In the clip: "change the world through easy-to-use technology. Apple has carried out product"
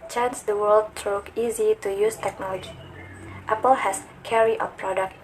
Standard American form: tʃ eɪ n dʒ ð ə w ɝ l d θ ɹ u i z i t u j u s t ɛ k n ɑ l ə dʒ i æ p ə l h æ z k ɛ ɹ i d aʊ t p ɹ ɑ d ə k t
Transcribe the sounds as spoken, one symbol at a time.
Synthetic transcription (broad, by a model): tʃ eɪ n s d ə w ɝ l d t ɹ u i z i t u j u s t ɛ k n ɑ l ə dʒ i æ p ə l h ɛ s k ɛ ɹ i aʊ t p ɹ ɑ d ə k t